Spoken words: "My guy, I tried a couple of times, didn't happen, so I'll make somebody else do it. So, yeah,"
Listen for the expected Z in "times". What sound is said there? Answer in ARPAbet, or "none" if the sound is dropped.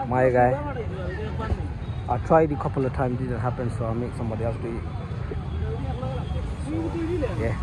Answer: none